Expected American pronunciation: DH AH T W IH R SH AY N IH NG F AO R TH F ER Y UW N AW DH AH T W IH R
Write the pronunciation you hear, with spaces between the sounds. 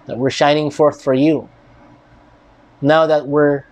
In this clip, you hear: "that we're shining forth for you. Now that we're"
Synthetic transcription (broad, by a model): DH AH T W IH R SH AY N IH NG F AO R TH F ER Y UW N AW DH AH T W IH R